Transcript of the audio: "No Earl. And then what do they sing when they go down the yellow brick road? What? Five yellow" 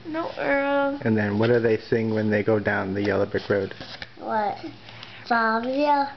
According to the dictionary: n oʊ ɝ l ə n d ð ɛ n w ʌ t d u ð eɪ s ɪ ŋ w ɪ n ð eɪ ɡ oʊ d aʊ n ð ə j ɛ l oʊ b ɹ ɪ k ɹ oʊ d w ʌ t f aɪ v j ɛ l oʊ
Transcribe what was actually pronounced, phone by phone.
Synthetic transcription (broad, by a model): n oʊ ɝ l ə n ð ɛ n w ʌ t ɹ ð eɪ s ɪ ŋ w ɪ n ð eɪ ɡ oʊ d aʊ n ð ə j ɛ l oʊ b ɹ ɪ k ɹ oʊ d w ʌ t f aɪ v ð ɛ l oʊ